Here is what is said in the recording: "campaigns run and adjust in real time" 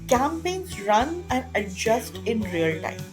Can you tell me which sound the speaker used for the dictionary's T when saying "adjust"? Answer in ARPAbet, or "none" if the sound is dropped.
T